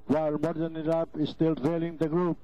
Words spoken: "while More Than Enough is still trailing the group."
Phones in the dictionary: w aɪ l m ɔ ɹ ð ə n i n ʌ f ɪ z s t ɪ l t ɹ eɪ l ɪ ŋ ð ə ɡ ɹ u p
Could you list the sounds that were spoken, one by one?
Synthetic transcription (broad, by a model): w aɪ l m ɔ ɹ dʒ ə n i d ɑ p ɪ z s t ɪ l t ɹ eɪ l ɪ ŋ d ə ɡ ɹ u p